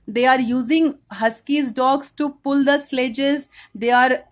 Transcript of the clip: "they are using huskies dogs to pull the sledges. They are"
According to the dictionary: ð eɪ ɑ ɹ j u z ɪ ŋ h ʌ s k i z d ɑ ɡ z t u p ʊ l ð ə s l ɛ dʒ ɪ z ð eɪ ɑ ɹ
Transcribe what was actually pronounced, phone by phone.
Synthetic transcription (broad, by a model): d eɪ ɑ ɹ j u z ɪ ŋ h ʌ s k i z d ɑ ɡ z t u p ʊ l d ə s l ɛ dʒ ɪ z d eɪ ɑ ɹ